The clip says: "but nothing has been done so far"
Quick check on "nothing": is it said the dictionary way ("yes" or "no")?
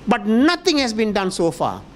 no